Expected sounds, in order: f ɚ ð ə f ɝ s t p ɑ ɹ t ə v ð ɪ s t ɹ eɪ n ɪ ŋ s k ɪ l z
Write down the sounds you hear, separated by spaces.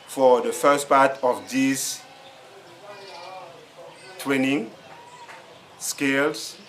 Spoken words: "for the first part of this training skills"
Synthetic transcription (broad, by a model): f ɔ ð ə f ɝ s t p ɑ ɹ t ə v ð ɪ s t w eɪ n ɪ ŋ s k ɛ l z